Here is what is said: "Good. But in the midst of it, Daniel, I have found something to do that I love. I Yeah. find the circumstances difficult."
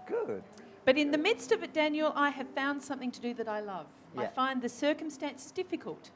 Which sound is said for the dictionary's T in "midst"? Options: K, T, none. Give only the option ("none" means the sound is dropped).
T